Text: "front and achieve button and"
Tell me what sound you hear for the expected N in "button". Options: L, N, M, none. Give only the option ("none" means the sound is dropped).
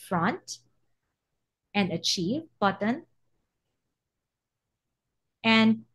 N